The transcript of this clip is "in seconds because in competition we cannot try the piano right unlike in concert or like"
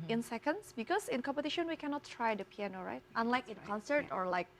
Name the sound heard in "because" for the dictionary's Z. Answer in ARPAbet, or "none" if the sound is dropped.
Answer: S